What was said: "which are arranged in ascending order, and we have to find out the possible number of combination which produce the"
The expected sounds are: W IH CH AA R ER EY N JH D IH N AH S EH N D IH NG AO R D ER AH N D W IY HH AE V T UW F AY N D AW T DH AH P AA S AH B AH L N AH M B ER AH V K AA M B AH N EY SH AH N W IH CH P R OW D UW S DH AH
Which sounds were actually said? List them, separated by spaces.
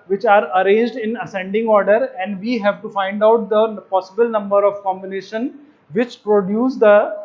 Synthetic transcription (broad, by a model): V IH CH AA R ER EY N JH D IH N AH S EH N D IH NG AO R D ER AH N D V IY HH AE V T UW F AY N D AW T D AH P AA S AH B AH L N AH M B ER AH V K AA M B AH N EY SH AH N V IH CH P R OW D UW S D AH